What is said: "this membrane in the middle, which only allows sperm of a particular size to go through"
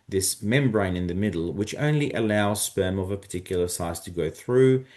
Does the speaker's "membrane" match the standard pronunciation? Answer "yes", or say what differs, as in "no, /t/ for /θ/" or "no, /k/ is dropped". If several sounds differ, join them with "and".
yes